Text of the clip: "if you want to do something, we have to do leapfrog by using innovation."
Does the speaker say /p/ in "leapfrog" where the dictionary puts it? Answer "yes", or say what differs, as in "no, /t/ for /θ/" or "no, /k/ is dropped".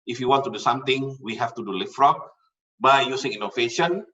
no, /f/ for /p/